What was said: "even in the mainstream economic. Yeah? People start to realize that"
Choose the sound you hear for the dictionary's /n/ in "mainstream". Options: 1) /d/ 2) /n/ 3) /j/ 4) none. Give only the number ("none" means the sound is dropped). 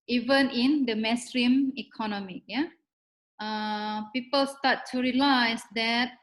4